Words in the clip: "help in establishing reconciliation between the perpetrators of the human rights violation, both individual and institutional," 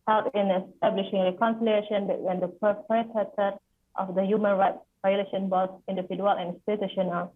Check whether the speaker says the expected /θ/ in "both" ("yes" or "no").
no